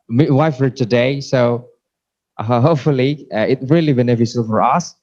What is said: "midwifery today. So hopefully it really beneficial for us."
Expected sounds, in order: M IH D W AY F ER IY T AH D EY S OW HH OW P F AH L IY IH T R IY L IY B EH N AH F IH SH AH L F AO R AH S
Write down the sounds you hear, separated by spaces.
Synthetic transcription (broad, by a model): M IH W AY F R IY T AH D EY S OW HH OW P F AH L IY IH T R IY L IY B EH N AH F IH S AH L F AO R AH S